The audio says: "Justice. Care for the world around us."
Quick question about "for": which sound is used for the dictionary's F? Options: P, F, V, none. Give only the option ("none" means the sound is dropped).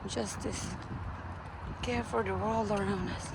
F